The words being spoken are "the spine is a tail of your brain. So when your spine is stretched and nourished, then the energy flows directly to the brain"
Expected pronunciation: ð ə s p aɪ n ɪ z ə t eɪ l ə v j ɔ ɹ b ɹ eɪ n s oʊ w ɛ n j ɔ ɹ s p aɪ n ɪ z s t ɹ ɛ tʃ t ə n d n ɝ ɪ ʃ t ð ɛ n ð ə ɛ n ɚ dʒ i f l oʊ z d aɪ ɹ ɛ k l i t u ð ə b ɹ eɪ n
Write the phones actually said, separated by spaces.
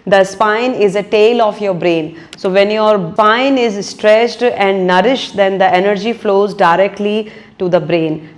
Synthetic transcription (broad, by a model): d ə s p aɪ n ɪ z ə t eɪ l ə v j ɔ ɹ b ɹ eɪ n s oʊ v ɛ n j ɔ ɹ p aɪ n ɪ z s t ɹ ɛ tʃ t ə n d n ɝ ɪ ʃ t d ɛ n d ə ɛ n ɚ dʒ i f l oʊ z d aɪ ɹ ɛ k l i t u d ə b ɹ eɪ n